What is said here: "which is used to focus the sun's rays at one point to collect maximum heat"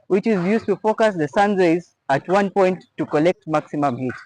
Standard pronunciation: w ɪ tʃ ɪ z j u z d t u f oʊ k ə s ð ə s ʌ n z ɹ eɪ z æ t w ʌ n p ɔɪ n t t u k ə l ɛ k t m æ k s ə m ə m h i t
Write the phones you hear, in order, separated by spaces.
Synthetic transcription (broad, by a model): w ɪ tʃ ɪ z j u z t u f oʊ k ə s ð ə s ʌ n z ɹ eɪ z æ t w ʌ n p ɔɪ n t t u k ə l ɛ k t m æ k s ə m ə m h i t